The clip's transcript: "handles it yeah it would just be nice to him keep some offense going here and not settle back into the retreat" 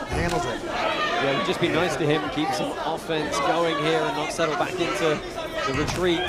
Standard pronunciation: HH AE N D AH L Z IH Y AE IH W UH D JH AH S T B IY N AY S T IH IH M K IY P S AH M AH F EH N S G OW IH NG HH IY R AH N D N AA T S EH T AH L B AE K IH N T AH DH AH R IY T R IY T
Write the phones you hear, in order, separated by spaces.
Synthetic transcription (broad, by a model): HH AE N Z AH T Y IH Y IH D JH AH S B IY N AY S T IH IH M K IY P S AH M AH F EH N S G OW IH NG HH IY R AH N N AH T S EH T L B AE K IH N T AH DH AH R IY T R IY T